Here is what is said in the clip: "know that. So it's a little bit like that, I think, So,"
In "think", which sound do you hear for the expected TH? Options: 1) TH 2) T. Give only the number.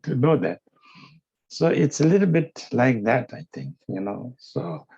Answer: 2